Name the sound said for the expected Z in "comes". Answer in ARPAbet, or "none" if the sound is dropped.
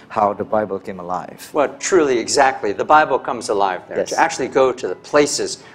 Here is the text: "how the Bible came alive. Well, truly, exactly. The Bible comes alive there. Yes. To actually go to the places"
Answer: Z